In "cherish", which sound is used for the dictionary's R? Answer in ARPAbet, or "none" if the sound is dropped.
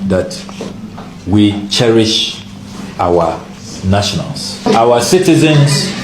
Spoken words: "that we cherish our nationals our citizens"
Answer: R